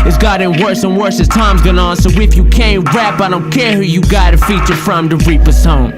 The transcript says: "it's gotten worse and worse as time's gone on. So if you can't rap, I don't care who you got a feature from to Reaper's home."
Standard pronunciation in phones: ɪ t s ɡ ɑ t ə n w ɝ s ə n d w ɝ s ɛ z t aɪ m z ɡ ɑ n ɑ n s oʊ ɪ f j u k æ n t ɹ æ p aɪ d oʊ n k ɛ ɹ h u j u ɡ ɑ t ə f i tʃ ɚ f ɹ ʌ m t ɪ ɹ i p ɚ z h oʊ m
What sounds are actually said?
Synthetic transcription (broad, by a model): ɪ t s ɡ ɑ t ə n w ɝ s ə n w ɝ s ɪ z t aɪ m z ɡ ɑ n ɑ n s oʊ ɪ f j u k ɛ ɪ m ɹ æ p aɪ d oʊ n k ɛ ɹ h u j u ɡ ɑ t ə f i tʃ ɚ f ɹ ʌ m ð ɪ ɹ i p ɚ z h oʊ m